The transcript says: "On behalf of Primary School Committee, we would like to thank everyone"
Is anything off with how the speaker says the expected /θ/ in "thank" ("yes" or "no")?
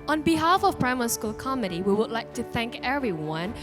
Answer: no